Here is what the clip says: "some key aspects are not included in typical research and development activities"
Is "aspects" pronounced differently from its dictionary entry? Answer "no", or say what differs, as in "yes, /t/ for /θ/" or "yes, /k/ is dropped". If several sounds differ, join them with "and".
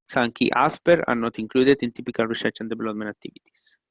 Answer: yes, /k/ is dropped and /s/ is dropped